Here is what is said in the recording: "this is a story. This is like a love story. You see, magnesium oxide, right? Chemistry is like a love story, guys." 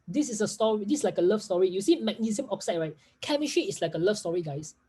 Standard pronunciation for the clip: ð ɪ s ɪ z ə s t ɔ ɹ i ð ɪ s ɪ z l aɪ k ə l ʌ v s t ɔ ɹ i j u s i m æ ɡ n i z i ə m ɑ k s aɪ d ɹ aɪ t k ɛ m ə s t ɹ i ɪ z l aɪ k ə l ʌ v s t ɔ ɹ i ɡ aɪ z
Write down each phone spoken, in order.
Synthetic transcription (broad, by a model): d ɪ s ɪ s ə s t ɔ ɹ i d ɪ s l aɪ k ə l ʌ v s t ɔ ɹ i j u s i m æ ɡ n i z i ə m ɑ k s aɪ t ɹ aɪ t k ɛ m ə ʃ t i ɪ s l aɪ k ə l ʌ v s t ɔ ɹ i ɡ aɪ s